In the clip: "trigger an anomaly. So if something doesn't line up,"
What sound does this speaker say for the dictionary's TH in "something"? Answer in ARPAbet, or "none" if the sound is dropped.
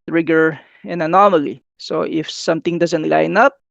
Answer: T